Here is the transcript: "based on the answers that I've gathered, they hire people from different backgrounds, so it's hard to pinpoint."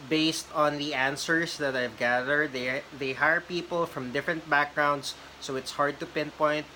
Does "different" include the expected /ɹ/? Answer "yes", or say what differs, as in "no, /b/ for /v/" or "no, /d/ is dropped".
yes